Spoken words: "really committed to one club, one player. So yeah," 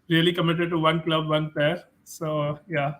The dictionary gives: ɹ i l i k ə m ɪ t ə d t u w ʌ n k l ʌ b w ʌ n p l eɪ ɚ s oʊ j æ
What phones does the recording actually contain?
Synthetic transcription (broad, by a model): ɹ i l i k ə m ɪ t ə d t u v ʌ n k l ʌ b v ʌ n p eɪ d s oʊ j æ